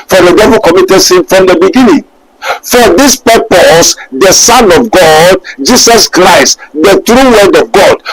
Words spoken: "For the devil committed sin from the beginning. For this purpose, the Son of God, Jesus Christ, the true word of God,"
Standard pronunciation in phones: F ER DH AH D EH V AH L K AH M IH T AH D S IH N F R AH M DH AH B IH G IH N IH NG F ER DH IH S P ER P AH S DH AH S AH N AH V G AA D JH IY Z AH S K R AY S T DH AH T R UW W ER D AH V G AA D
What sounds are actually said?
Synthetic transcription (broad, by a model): F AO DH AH D EH V AH L K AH M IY T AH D S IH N F R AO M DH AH B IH G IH N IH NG F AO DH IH S P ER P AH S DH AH S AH N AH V G AA D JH IY S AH S K R AY S T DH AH T R UW W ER D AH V G AA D